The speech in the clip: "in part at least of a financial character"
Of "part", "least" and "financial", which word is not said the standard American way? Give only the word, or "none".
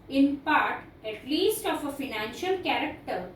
none